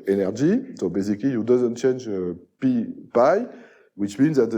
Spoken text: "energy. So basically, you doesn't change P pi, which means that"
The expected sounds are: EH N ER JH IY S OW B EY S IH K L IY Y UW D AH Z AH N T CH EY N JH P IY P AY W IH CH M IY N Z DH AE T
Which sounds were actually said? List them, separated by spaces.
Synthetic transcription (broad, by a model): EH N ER JH IY S OW B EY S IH K L IY Y UW D AH Z AH N T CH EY N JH P IY P AY W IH CH M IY N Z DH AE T